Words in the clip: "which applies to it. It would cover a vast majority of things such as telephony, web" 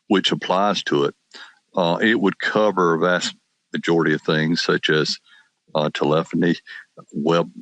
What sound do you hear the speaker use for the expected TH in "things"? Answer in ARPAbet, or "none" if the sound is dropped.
TH